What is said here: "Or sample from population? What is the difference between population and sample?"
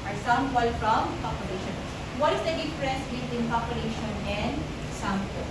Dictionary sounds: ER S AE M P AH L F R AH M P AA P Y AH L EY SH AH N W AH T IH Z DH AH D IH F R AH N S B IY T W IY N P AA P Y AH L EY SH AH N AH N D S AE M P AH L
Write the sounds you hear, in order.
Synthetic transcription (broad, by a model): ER S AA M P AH L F R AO M P AA P Y AH L EY SH AH N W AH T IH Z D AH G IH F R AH S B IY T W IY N P AA P Y AH L EY SH AH N AH N D S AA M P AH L